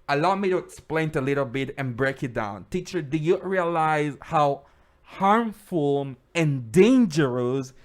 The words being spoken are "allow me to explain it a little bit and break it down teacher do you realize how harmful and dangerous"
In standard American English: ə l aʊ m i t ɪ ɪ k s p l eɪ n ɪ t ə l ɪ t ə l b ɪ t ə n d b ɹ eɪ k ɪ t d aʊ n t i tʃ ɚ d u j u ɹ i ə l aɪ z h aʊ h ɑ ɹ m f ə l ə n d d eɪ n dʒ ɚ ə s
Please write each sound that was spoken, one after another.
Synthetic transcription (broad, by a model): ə l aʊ m i t ɪ ɪ k s p l eɪ n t ə l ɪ t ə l b ɪ t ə n b ɹ eɪ k ɪ t d aʊ n t i tʃ ɚ d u j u ɹ i ə l aɪ z h aʊ h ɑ ɹ m f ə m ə n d d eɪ n dʒ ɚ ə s